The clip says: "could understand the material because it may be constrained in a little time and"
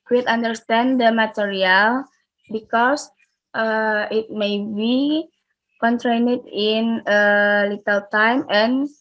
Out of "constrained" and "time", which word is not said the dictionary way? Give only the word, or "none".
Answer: constrained